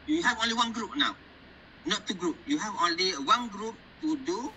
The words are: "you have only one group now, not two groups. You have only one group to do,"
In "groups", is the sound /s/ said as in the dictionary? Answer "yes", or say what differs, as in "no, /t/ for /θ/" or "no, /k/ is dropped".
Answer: no, /s/ is dropped